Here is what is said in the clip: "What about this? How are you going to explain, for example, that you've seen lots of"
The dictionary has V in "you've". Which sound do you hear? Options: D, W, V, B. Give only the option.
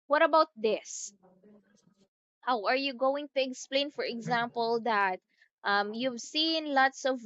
V